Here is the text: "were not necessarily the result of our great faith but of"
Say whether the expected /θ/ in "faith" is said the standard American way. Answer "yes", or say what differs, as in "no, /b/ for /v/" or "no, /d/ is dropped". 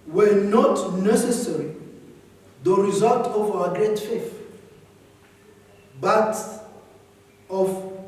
no, /f/ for /θ/